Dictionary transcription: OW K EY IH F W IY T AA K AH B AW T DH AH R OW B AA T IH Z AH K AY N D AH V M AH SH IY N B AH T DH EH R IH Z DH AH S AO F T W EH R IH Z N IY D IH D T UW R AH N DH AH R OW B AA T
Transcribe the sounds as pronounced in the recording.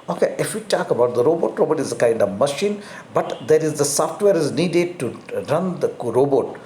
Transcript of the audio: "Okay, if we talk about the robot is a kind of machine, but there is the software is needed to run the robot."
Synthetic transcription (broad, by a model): OW K EY IH F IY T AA K AH B AW T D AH R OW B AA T IH Z AH K AY N D AH V M AH SH IY N B AH T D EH R IH Z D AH S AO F T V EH R IH Z N IY D IH D T UW R AH N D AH R OW B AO T